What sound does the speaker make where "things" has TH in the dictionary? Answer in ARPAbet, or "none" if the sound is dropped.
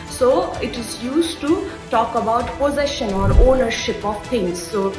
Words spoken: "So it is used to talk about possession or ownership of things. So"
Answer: T